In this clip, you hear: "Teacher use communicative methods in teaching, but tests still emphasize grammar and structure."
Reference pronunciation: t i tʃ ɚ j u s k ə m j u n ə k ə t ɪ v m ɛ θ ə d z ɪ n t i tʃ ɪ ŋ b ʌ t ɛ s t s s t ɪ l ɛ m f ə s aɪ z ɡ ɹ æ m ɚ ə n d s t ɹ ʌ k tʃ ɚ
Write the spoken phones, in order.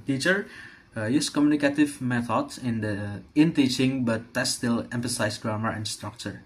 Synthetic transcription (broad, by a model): t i tʃ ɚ j u s k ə m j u n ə k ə t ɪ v m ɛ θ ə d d ɪ n t i tʃ ɪ ŋ b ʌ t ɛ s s s t ɪ l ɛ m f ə s aɪ s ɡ ɹ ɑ m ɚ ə n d s t ɹ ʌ k tʃ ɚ